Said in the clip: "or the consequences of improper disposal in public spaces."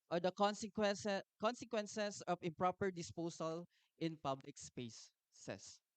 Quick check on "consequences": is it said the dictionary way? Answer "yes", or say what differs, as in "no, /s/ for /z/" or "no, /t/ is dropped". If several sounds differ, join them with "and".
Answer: no, /s/ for /z/